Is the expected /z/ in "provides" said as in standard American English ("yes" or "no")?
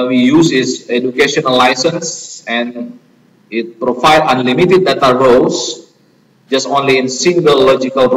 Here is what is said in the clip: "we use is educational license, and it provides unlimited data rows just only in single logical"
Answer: no